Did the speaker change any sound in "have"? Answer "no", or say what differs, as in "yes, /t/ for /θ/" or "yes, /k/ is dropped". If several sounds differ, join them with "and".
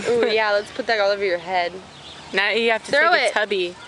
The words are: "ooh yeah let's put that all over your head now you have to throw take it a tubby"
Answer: yes, /f/ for /v/